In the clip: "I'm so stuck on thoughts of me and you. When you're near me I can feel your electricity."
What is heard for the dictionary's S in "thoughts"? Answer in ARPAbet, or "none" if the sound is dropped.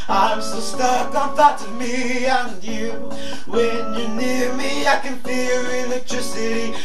none